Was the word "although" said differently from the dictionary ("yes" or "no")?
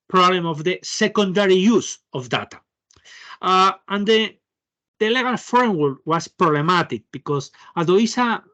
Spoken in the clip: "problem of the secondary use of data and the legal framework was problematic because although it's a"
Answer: yes